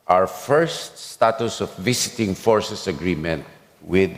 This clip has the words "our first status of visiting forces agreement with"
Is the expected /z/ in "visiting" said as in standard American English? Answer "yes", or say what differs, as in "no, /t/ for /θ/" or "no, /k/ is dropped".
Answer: no, /s/ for /z/